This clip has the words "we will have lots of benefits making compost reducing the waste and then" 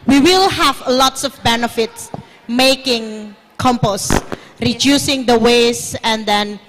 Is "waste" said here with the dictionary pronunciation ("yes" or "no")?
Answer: no